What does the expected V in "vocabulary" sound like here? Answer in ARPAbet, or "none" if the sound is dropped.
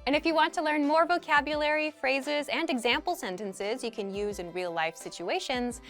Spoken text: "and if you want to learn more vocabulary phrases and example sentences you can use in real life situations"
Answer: V